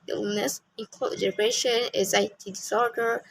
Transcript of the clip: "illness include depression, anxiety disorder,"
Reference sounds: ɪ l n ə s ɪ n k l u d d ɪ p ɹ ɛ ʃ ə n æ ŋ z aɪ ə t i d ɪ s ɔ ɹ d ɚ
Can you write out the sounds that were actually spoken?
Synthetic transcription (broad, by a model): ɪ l n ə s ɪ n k ɔ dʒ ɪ ɹ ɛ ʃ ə n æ z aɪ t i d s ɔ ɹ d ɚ